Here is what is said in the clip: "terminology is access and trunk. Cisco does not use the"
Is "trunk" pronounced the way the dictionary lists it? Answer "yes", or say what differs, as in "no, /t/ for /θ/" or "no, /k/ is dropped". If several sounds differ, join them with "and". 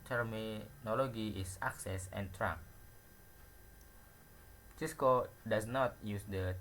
no, /ŋ/ is dropped